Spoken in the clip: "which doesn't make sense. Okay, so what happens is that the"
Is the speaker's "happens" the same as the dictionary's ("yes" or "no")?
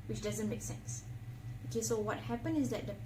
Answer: no